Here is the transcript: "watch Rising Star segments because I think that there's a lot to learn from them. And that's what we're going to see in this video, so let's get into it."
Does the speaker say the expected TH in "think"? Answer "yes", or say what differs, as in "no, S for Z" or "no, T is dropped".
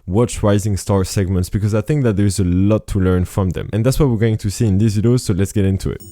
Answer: yes